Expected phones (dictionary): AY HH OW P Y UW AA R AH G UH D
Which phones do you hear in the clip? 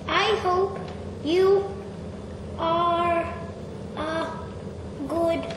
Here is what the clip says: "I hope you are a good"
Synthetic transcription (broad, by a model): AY HH OW P Y UW AA R AH G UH D